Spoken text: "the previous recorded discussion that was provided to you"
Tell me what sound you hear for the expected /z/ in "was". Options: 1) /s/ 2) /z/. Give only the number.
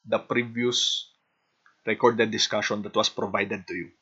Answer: 1